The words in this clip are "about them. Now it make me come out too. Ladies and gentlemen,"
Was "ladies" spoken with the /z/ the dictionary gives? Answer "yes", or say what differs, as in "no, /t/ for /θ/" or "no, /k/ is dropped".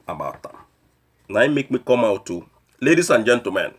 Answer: no, /s/ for /z/